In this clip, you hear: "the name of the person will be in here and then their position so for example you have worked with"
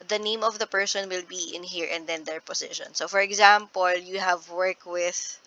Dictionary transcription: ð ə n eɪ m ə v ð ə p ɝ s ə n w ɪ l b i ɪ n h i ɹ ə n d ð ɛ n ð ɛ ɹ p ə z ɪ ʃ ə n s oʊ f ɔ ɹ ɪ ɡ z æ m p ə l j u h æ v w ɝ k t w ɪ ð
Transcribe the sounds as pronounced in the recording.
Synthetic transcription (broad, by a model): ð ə n eɪ m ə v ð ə p ɝ s ə n w ɪ l b i ɪ n h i ɹ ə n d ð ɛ n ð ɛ ɹ p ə s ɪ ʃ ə n s oʊ f ɔ ɹ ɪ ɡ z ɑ m p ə l j u h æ v w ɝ k w ɪ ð